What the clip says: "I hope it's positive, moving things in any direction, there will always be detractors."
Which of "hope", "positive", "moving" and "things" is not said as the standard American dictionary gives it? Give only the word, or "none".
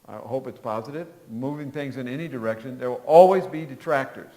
none